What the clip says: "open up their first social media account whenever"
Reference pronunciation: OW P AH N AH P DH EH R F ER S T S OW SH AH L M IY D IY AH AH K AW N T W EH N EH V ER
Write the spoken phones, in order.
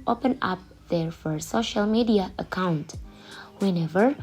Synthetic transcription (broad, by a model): OW P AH N AH P DH EH R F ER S S OW SH AH L M IY D IY AH AH K AW N T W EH N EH V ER